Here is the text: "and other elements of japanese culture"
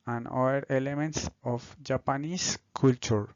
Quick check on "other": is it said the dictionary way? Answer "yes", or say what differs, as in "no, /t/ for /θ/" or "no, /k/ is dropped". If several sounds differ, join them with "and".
no, /ð/ is dropped